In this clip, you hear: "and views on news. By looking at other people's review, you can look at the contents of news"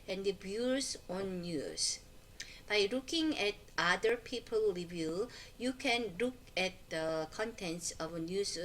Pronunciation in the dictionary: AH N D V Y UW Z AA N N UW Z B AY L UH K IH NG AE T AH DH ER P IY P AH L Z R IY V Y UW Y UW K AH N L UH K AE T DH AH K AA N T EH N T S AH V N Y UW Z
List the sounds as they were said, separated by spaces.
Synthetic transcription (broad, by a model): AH N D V Y UW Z AA N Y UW S B AY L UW K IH NG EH T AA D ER P IY P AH L R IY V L Y UW K AH N L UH K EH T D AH K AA N T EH N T S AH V N Y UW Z